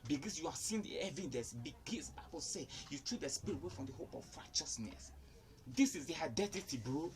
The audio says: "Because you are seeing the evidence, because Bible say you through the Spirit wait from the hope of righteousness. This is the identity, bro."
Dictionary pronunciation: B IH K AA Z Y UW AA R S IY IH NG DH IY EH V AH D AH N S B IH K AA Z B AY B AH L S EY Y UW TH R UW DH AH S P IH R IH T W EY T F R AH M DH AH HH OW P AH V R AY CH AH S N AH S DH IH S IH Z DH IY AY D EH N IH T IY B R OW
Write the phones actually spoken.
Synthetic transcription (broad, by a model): B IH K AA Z Y UW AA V S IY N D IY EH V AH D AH S B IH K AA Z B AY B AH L S EY Y UW T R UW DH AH S P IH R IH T W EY F R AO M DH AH HH OW P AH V R AY CH AH S N AH S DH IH S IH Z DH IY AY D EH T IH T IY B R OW